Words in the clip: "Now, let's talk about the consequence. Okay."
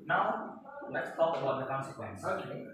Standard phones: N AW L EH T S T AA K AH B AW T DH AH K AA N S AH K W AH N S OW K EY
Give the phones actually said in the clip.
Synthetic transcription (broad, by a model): N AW L EH T S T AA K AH AW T DH AH K AA N S AH K W AH N S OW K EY